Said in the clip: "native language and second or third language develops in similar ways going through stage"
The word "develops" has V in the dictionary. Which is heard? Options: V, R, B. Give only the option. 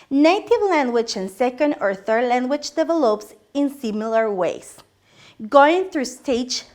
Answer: V